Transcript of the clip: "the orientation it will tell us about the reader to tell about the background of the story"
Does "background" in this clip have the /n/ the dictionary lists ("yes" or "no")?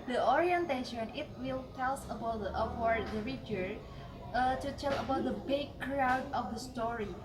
no